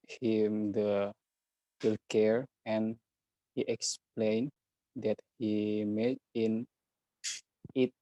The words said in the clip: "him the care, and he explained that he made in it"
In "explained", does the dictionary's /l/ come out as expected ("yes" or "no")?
yes